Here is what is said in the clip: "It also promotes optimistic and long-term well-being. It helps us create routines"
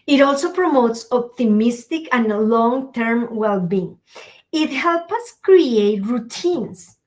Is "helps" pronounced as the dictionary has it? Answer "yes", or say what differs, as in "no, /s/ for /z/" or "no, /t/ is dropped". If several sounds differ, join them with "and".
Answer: no, /s/ is dropped